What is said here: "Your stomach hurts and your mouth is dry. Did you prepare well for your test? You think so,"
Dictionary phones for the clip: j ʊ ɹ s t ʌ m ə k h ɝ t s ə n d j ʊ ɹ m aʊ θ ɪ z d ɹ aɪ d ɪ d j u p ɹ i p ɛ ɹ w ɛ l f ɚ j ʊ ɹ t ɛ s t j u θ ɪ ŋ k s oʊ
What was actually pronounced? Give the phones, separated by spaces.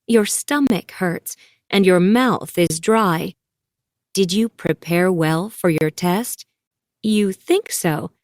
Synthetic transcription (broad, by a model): j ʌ ɹ s t ʌ m ə k h ɝ t s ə n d j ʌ ɹ m aʊ θ ɪ z d ɹ aɪ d ɪ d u p ɹ i p ɛ ɹ w ɛ l f ɚ j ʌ ɹ t ɛ s t j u θ ɪ ŋ k s oʊ